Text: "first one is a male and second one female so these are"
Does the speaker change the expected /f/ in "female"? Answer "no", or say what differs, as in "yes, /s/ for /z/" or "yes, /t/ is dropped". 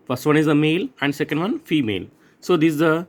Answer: no